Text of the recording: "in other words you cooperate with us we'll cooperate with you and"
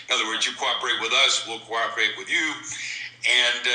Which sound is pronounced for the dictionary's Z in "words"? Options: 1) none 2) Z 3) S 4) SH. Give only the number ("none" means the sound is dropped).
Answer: 2